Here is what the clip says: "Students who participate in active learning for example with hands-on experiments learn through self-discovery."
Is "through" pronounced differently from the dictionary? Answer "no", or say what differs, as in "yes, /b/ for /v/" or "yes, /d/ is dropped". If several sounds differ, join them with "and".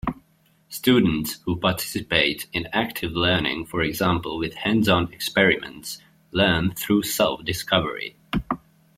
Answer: no